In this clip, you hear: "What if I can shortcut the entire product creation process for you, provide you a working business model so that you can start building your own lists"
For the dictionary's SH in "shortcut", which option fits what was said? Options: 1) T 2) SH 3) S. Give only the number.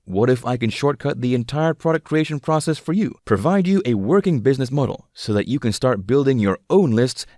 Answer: 2